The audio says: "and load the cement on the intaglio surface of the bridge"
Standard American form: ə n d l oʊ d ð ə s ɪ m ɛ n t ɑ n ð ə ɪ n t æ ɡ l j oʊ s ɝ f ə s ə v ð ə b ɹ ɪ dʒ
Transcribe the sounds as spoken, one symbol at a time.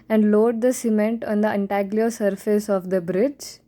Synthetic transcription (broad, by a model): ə n d l oʊ d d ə s ɪ m ɛ n t ɑ n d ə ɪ n t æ ɡ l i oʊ s ɝ f ə s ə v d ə b ɹ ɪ dʒ